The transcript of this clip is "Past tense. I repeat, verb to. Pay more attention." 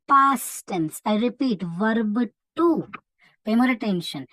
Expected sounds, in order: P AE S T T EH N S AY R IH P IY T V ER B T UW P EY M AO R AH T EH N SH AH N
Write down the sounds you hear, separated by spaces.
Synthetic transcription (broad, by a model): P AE S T T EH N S AY R IH P IY T V ER B T UW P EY M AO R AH T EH N SH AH N